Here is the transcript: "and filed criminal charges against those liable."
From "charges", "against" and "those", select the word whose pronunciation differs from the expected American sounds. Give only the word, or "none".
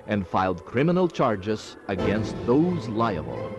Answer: none